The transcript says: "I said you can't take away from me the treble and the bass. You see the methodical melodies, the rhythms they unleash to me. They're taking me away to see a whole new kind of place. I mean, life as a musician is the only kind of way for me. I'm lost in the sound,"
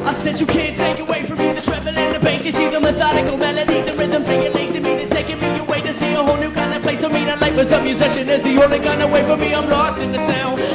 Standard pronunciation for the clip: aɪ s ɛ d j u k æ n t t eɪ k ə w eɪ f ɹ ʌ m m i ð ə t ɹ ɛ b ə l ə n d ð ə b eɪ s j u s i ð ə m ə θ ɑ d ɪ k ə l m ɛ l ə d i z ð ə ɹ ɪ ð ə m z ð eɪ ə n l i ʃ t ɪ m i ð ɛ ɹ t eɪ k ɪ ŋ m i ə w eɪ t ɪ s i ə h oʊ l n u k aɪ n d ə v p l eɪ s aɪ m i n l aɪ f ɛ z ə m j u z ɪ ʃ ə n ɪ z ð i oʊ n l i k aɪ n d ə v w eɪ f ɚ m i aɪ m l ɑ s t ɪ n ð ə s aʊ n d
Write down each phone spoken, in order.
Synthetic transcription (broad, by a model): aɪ s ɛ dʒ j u k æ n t t eɪ k ə w eɪ f ɹ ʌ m m i ð ə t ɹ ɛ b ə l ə n ð ə b eɪ s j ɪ s i ð ə m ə θ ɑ d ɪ k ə l m ɛ l ə d i z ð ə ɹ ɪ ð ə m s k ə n l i s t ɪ m i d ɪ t eɪ k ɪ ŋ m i ə w eɪ t ɪ s i ə h oʊ l n u k aɪ n d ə p l eɪ s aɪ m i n l aɪ p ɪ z ə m j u z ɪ ʃ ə n ɪ z ð i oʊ l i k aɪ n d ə w eɪ f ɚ m i aɪ m l ɑ s t ɪ n ð ə s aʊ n